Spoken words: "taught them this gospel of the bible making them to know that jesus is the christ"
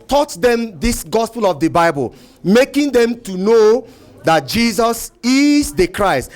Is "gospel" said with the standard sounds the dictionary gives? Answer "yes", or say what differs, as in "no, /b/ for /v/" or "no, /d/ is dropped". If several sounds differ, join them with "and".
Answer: yes